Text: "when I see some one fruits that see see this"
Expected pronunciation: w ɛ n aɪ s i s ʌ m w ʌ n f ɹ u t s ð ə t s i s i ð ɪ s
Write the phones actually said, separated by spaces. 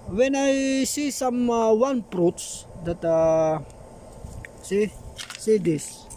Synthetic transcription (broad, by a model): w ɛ n aɪ s i s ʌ m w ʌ n p ɹ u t s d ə t s i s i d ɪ s